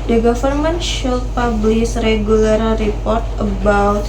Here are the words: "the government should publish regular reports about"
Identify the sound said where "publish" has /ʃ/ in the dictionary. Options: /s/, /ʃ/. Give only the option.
/s/